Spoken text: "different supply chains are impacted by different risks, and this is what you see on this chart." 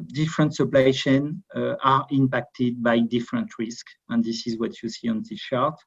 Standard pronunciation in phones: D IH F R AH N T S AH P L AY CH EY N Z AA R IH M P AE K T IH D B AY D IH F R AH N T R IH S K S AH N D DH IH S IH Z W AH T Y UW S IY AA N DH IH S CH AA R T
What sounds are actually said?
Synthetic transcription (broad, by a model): D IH F R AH N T S AH P L AY SH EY N AA R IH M P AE K T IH D B AY D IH F R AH N T R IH S K AH N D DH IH S IH Z W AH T Y UW S IY AA N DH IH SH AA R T